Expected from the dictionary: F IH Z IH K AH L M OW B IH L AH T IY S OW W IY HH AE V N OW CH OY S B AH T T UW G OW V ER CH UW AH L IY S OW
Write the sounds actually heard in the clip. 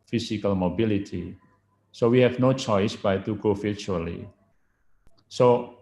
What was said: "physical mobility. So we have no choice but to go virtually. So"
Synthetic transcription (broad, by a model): F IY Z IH K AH L M OW B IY L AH T IY S OW W IY HH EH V N OW CH OY S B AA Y T UW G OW F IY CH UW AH L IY S OW